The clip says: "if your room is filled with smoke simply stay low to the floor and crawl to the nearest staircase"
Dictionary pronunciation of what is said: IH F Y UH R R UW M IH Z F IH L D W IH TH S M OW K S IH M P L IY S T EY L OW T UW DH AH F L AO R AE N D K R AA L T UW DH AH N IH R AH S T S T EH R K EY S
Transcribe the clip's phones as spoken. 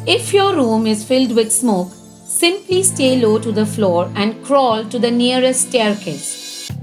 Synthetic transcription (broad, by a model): IH F Y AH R R UW M IH Z F IH L D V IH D S M OW K S IH M P L IY S T EY L OW T UW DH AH F L AO R AE N D K R AA L T UW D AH N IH AH T S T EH R K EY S